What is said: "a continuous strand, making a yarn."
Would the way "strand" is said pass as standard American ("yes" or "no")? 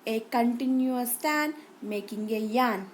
no